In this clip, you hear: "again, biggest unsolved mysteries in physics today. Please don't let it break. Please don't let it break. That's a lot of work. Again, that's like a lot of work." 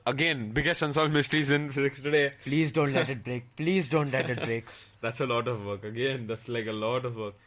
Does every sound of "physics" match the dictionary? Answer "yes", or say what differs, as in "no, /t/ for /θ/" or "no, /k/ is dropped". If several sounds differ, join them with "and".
yes